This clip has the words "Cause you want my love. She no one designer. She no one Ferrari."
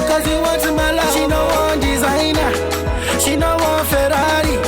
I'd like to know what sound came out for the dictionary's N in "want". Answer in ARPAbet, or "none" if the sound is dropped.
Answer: none